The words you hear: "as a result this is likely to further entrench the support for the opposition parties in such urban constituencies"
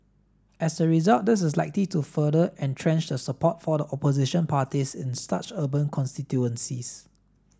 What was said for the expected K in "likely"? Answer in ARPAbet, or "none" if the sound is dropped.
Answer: K